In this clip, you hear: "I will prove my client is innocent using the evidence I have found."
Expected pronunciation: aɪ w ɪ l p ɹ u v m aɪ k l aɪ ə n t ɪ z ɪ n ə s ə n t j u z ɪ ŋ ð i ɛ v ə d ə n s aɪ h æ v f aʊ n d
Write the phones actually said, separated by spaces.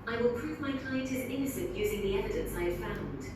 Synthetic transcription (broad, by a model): aɪ w ɪ l p ɹ u v m aɪ k l aɪ ə n t ɪ z ɪ n ə s ə n t j u z ɪ ŋ ð i ɛ v ə d ə n s aɪ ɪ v f aʊ n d